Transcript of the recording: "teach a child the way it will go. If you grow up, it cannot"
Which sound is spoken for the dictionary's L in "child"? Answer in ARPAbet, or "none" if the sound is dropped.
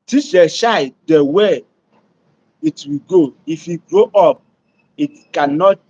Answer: none